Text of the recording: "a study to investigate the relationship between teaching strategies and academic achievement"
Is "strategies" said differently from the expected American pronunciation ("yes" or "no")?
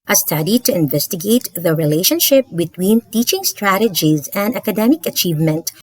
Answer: no